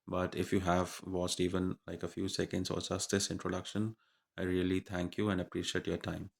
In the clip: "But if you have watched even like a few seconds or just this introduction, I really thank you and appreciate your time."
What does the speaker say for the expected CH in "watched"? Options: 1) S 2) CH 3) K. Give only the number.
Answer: 1